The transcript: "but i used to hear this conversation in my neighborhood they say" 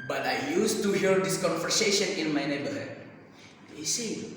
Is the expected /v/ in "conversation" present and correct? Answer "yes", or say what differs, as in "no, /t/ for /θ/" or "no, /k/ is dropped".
no, /f/ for /v/